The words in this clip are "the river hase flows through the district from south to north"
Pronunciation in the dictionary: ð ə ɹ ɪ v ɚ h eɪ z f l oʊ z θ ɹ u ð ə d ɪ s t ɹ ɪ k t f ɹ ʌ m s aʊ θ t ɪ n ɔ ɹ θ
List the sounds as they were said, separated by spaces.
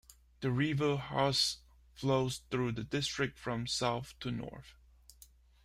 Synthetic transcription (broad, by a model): ð ə ɹ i v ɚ h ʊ s f l oʊ z θ ɹ u ð ə d ɪ s t ɹ ɪ k t f ɹ ʌ m s aʊ θ t ɪ n ɔ ɹ θ